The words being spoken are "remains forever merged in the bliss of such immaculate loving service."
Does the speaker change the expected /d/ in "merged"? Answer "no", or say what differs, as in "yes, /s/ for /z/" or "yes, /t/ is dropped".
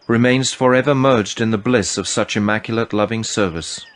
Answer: no